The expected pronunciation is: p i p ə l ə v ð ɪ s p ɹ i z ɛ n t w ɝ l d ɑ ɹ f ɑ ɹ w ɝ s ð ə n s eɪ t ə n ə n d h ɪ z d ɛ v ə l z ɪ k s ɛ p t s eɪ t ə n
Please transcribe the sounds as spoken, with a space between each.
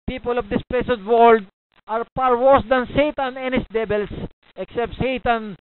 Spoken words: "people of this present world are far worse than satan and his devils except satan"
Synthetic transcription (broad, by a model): p i p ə l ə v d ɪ s p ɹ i s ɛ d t w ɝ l d ɑ ɹ p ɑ ɹ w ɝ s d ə n s eɪ t ə n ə n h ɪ s d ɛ b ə l s ɪ k s ɛ p t s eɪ t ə n